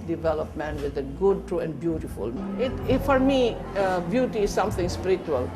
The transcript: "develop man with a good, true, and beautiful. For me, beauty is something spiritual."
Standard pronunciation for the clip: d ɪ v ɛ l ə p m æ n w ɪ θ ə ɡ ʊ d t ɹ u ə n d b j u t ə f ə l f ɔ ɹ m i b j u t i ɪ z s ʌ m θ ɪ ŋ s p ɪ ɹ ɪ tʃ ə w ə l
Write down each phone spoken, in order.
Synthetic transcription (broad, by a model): d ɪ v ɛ l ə p m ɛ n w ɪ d ə ɡ ʊ d t ɹ u ə n d b j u t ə f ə l f ɔ ɹ m i b j u t i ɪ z s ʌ m t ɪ ŋ s p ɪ ɹ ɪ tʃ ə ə l